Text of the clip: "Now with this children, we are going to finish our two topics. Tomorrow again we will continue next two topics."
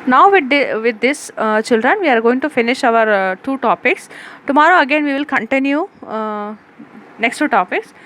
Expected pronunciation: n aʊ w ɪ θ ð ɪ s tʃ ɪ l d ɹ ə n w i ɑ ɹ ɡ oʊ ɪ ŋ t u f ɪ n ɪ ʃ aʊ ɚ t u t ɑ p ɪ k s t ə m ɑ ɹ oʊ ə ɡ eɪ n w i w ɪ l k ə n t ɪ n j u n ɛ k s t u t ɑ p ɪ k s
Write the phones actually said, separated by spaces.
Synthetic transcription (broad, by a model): n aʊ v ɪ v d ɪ s tʃ ɪ l d ɹ ə n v i ɑ ɹ ɡ oʊ ɪ ŋ t u f ɪ n ɪ ʃ aʊ ɚ t u t ɑ p ɪ k s t ə m ɑ ɹ oʊ ə ɡ eɪ n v i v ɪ l k ə n t ɪ n j u n ɛ k s t u t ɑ p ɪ k s